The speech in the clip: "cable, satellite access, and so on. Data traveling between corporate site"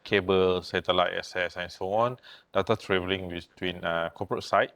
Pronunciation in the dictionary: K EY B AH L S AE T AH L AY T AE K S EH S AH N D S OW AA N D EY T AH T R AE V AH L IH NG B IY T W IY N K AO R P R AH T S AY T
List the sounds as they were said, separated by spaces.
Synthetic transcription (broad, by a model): K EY B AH L S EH T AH L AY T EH S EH S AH N S OW AA N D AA T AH T R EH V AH L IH NG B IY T W IY N K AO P R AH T S AY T